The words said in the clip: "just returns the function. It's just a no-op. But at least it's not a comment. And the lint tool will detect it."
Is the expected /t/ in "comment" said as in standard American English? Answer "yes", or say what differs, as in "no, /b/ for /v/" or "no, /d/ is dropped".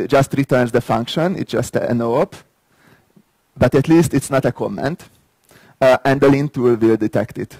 yes